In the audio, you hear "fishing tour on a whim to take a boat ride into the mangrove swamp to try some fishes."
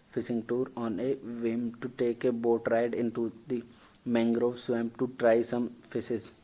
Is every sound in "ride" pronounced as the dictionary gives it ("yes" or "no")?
yes